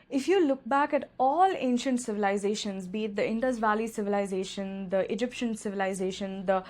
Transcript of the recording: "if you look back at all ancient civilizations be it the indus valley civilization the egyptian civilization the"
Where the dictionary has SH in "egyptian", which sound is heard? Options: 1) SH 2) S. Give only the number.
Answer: 1